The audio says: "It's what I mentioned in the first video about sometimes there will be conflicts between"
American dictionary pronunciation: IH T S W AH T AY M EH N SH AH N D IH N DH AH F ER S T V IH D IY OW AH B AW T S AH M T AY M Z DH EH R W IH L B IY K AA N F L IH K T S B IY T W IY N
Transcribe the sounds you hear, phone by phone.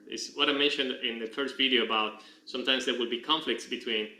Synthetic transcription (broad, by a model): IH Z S W AH T AY M EH N SH AH N D IH N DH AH F ER S T V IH D IY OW AH B AW T S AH M T AY M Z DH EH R W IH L B IY K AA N F L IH K T S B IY T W IY N